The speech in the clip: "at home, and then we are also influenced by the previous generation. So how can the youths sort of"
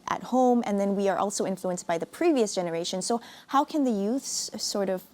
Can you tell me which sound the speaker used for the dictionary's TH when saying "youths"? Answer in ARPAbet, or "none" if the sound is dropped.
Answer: TH